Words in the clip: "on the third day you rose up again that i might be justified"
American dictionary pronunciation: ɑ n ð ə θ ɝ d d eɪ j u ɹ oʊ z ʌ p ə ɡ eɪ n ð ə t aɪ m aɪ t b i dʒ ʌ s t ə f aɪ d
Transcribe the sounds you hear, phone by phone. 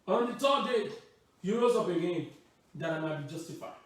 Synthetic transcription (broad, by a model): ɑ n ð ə t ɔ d d eɪ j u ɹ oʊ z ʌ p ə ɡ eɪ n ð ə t aɪ m aɪ t b i dʒ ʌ s t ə f aɪ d